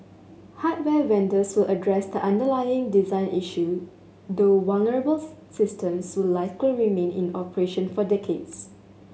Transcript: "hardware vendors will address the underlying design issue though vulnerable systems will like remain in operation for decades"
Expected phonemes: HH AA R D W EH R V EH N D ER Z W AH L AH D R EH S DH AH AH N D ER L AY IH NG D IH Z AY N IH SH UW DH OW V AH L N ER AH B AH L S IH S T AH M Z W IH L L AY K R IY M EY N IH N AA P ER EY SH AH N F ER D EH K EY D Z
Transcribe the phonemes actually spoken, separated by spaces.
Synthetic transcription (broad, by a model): HH AA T W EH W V EH N D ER S W AH L AH D R EH S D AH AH N D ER L AY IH NG D IH Z AY N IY SH UW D OW W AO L N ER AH B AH L S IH S T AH M S W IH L L AY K R IY M EY N IH N AA P ER EY SH AH N F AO D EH K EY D S